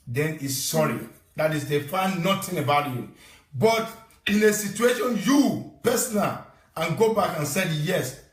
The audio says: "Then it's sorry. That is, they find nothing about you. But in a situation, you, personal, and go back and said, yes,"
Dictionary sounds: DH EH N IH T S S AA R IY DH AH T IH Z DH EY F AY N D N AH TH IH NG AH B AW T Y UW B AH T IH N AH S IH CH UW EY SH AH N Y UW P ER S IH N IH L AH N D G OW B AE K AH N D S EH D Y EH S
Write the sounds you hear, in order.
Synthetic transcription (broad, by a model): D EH N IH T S S AA R IY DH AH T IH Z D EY F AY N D N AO T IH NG AH B AW T Y UW B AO T IH N AH S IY CH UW EY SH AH N Y UW P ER S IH N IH L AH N G OW B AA K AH N S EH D Y EH S